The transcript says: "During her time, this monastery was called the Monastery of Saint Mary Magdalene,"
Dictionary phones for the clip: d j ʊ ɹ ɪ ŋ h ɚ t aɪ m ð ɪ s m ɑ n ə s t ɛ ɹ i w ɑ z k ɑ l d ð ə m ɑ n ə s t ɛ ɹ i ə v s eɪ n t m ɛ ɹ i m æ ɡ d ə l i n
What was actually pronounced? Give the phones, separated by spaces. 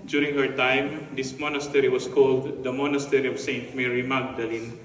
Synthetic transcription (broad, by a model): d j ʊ ɹ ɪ ŋ h ɚ t aɪ m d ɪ s m ɑ n ə s t ɛ ɹ i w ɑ s k ɑ l d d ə m ɑ n ə s t ɛ ɹ i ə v s eɪ n t m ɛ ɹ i m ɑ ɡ d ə l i n